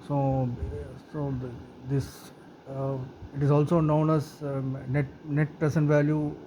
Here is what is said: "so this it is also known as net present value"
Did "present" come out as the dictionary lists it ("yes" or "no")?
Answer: no